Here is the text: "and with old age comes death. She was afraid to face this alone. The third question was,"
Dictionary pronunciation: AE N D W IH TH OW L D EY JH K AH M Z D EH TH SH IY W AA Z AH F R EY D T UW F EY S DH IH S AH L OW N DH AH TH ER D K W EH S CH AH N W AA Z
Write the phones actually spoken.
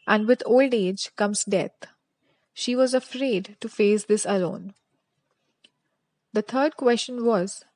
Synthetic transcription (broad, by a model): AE N D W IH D OW L D EY JH K AH M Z D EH T SH IY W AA Z AH F R EY D T UW F EY S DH IH S AH L OW N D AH T ER D K W EH S CH AH N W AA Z